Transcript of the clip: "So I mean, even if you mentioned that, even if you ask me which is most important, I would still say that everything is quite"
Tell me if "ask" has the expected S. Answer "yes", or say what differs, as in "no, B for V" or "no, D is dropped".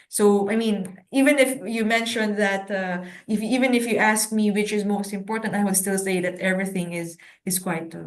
yes